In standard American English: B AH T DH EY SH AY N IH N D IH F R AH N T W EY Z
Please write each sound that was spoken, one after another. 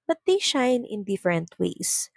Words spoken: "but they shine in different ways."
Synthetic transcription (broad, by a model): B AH T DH EY SH AY N IH N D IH F R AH N T W EY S